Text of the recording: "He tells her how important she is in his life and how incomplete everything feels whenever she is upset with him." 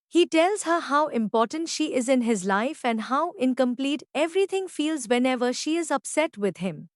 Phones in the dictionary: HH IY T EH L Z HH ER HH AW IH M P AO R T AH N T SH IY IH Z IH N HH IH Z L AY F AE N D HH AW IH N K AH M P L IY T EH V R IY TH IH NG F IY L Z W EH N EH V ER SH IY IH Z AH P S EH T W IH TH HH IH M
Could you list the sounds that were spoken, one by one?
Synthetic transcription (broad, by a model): HH IY T EH L Z HH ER HH AW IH M P AO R T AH N T SH IY IH Z IH N HH IH Z L AY F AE N D HH AW IH N K AH M P L IY T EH V R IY T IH NG F IY L Z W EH N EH V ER SH IY IH Z AH P S EH T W IH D HH IH M